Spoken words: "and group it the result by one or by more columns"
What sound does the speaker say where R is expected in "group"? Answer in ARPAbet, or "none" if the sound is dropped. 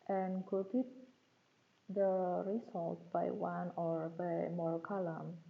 none